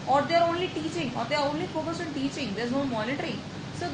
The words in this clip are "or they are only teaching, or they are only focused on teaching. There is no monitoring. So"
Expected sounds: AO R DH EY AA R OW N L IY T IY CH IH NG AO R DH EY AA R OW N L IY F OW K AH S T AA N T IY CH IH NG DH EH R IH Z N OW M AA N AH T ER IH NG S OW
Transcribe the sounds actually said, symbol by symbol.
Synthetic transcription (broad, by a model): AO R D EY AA R OW N L IY T IY CH IH NG AO R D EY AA R OW N L IY F OW K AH S AA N T IY CH IH NG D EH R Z N OW M AA N AH T ER IH NG S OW